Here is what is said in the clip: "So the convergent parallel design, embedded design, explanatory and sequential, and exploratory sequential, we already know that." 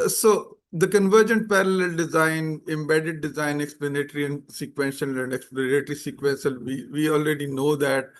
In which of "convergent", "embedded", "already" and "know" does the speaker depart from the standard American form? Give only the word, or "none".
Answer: none